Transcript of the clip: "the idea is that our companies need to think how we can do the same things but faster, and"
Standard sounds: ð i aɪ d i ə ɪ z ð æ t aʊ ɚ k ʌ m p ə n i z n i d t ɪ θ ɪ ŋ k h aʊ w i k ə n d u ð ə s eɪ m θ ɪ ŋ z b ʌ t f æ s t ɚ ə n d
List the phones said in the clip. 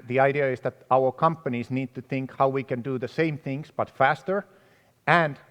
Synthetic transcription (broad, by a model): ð i aɪ d i ə ɪ z ð æ t aʊ ɚ k ʌ m p ə n i z n i d t ɪ θ ɪ ŋ k h aʊ w i k ə n d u ð ə s eɪ m θ ɪ ŋ z b ʌ t f æ s t ɚ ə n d